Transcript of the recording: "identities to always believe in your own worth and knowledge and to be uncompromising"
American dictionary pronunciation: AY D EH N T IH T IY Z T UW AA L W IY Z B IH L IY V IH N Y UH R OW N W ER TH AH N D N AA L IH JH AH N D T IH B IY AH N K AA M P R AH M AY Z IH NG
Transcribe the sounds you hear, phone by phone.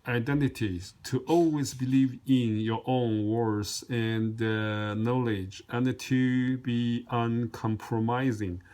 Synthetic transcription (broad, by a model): AY D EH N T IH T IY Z T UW AA L W IY Z B IH L IY V IH N Y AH R OW N W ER S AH N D N AA L IH JH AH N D T IH B IY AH N K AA M P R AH M AY Z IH NG